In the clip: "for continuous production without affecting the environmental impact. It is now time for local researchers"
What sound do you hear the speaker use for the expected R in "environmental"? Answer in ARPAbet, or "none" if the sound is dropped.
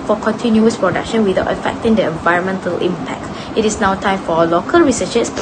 R